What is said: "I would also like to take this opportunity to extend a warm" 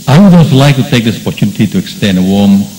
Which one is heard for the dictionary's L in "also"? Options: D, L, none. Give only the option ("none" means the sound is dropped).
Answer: none